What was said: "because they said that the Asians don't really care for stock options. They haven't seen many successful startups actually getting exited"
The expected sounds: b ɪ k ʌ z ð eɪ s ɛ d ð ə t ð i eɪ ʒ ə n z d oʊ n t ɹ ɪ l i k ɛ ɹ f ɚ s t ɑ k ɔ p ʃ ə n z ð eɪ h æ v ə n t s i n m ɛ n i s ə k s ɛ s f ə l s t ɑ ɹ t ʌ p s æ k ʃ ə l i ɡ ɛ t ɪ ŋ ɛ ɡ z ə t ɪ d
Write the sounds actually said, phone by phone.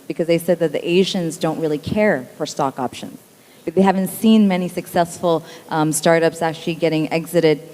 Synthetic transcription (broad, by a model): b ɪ k ʌ z ð eɪ s ɛ d ð ə t ð i eɪ ʒ ə n z d oʊ n t ɹ ɪ l i k ɛ ɹ f ɚ s t ɑ k ɔ p ʃ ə n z ð eɪ h æ v ə n t s i n m ɛ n i s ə k s ɛ s f l s t ɑ ɹ t ʌ p s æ k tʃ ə l i ɡ ɛ t ɪ ŋ ɛ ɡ z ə t ɪ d